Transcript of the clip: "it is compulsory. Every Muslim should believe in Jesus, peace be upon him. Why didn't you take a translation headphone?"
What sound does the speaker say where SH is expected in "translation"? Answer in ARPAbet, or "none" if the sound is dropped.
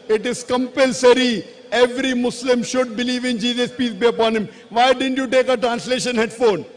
SH